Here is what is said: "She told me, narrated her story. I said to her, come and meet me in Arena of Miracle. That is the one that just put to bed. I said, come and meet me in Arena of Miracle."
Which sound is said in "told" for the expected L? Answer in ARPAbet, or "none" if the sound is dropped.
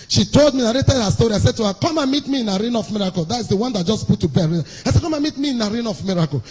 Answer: L